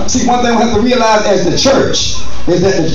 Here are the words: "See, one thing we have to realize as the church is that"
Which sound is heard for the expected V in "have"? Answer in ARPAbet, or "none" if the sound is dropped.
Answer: F